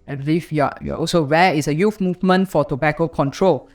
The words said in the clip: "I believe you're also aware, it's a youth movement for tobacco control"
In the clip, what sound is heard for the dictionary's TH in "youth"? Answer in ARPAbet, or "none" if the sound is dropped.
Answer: F